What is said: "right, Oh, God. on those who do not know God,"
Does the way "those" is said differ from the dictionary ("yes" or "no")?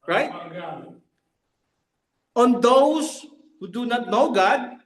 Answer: yes